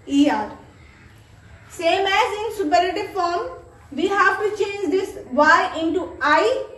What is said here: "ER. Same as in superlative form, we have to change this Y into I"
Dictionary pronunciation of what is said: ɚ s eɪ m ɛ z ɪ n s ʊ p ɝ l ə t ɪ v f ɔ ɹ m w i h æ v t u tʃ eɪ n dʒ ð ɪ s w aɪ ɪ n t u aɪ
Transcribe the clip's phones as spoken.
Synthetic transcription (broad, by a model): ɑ s eɪ m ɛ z ɪ n s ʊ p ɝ ə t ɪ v f ɔ ɹ m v i h æ v t u tʃ eɪ n dʒ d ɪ s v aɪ ɪ n t u aɪ